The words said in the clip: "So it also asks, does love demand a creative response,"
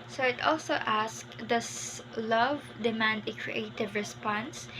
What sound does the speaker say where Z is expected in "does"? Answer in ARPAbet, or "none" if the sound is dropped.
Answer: S